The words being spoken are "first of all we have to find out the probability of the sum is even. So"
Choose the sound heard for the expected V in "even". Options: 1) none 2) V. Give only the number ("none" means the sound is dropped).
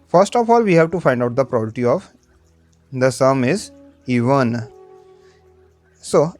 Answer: 2